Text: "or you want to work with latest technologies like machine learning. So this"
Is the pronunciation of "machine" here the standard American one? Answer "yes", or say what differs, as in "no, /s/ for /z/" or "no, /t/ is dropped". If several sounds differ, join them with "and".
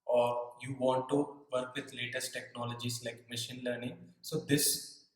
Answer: yes